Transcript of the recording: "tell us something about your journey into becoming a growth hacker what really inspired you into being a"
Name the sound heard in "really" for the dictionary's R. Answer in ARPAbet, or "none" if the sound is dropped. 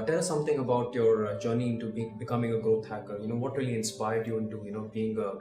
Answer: R